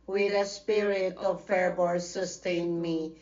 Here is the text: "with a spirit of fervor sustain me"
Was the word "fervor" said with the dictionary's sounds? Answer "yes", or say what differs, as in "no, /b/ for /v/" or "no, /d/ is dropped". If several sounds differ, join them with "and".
no, /b/ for /v/